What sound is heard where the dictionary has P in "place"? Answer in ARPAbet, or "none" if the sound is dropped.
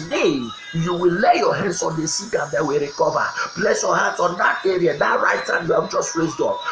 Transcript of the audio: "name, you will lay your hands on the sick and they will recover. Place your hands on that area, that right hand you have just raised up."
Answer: B